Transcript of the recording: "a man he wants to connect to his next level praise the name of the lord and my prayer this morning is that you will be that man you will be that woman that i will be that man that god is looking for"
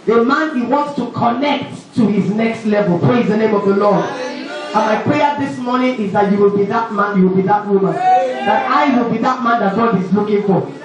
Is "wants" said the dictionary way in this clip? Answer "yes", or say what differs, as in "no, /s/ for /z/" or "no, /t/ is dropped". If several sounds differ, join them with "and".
yes